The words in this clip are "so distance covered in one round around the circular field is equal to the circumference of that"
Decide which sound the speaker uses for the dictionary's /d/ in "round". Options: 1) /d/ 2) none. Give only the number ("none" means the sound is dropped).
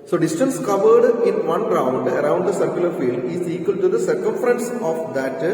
1